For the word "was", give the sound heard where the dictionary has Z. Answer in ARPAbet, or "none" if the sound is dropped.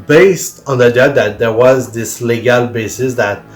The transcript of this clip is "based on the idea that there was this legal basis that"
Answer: Z